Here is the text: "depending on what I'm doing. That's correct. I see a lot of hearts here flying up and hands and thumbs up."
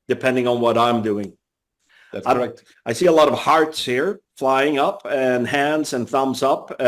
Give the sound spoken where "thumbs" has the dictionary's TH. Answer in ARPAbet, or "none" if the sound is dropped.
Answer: TH